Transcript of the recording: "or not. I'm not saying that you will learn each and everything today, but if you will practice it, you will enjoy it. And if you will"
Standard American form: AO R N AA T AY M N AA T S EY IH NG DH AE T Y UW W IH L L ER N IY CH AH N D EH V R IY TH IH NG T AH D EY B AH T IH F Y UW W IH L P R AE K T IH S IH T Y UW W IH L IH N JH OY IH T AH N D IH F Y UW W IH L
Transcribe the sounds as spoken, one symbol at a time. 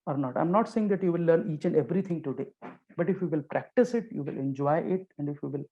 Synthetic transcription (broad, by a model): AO R N AA T AY M N AA T S EY IH NG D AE T Y UW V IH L L ER N IY CH AH N D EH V R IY T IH NG T AH D EY B AH T IH F Y UW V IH L P R AE K T IH S IH T Y UW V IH L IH N JH OY IH T AH N D IH F Y UW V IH L